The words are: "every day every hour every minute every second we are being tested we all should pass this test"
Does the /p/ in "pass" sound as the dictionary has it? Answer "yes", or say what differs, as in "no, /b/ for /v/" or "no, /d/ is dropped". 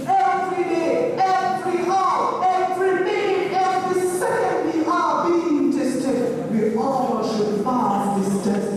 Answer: no, /f/ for /p/